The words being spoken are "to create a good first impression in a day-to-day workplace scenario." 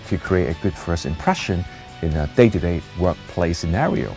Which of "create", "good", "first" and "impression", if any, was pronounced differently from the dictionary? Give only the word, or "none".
first